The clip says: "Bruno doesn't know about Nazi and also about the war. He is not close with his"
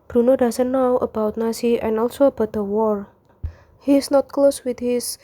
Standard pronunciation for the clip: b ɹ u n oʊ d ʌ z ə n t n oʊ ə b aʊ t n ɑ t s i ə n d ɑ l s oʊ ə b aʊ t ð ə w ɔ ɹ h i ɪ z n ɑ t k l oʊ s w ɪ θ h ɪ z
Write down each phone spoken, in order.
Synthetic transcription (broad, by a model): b ɹ u n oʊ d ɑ s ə n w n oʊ ə b aʊ t n ɑ s i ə n ɑ l s oʊ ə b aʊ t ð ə w ɔ ɹ h i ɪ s n ɑ t k l oʊ s w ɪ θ h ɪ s